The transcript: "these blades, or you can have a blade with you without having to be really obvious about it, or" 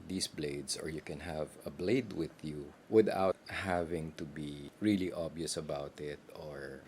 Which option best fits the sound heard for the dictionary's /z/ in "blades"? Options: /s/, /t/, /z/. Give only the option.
/s/